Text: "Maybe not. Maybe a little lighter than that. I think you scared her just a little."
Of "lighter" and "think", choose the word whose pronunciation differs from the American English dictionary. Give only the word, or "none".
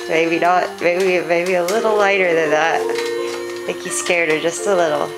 think